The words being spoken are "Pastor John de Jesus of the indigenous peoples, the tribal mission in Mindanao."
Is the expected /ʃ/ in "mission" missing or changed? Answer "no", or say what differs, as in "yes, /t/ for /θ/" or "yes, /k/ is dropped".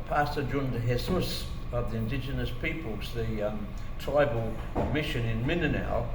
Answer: no